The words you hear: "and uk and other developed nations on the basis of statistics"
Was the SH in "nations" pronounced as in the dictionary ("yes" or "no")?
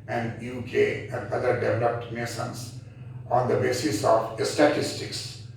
no